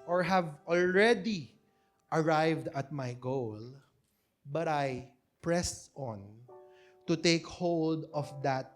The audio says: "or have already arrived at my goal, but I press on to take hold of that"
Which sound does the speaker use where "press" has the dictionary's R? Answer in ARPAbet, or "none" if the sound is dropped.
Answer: R